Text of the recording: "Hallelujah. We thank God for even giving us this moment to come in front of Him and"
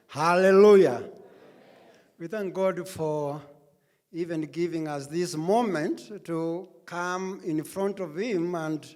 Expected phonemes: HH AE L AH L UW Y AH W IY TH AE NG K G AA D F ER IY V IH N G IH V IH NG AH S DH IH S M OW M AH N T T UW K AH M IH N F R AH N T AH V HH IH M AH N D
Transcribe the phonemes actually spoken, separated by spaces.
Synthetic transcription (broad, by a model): HH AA L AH L UW Y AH W IY TH AE NG K G AA D F ER IY V IH N G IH V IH NG AH S DH IH S M OW M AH N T T UW K AH M IH N F R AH N T AH V HH IH M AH N D